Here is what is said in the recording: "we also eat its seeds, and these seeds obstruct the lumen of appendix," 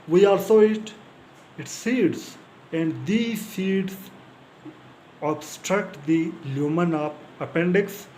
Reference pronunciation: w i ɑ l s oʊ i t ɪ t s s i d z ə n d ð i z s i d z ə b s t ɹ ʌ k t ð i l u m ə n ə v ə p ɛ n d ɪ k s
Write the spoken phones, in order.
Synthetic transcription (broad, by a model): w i ɑ l s oʊ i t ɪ t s s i d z ə n d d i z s i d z ə b s t ɹ ʌ k t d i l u m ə n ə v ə p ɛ n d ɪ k s